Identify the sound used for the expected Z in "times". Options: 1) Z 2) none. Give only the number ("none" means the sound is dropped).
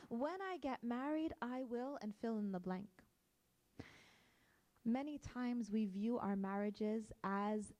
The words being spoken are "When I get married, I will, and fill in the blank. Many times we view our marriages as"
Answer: 1